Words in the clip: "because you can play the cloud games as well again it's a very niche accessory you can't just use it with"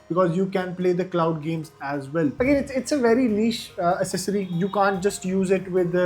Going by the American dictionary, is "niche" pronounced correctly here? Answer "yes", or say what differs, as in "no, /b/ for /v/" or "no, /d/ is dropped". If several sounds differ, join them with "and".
no, /l/ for /n/ and /ʃ/ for /tʃ/